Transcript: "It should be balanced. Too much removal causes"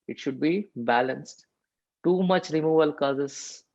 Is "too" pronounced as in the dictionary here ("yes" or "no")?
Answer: yes